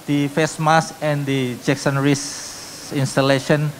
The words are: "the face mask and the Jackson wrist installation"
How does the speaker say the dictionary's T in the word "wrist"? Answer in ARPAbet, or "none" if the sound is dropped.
none